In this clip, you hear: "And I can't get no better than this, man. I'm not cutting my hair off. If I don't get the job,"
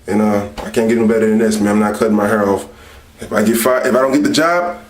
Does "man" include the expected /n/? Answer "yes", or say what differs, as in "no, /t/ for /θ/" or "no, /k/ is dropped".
no, /n/ is dropped